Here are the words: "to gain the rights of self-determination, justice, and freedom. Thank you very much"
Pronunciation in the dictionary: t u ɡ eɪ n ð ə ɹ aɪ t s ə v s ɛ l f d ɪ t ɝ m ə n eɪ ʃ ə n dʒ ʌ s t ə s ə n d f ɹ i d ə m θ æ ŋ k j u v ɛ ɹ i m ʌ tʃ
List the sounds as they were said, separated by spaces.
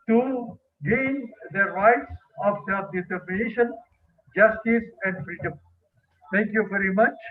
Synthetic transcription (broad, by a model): t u ɡ eɪ n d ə ɹ aɪ t s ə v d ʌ d ɪ t ɝ m ə n eɪ ʃ ə n dʒ ʌ s t ə s ə n d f ɹ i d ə m t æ ŋ k j u v ɛ ɹ i m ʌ tʃ